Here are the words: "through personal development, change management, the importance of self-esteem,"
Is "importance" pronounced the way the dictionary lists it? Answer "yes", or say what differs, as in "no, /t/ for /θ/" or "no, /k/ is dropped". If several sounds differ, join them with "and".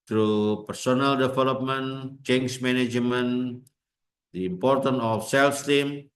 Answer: no, /s/ is dropped